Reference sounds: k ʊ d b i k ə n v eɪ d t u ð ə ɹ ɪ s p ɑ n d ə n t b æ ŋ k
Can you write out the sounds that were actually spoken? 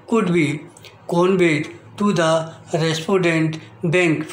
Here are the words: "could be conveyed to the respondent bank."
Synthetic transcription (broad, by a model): k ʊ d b i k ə n b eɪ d t u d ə ɹ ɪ s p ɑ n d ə n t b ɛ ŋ k